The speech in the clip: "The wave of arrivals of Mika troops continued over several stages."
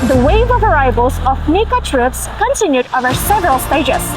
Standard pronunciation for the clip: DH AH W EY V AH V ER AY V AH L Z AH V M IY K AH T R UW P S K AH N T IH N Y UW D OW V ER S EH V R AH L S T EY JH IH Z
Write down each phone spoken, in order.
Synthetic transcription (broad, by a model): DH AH W EY V AH V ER AY B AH L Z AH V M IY K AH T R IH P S K AH N T IH N Y UW D OW V ER S EH V R AH L S T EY JH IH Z